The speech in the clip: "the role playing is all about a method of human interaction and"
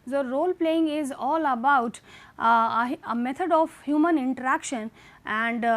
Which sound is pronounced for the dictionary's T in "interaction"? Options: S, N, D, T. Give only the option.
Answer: T